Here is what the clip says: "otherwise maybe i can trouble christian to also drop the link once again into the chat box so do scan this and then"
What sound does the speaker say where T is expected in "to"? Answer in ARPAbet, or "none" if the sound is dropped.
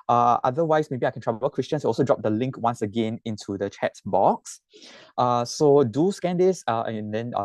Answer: S